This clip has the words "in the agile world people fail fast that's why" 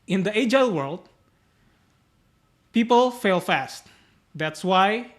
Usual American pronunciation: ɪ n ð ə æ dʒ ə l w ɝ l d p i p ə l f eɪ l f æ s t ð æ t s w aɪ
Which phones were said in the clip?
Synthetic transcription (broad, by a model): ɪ n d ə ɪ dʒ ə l w ɝ l d p i p ə l f eɪ l f æ s t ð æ t s w aɪ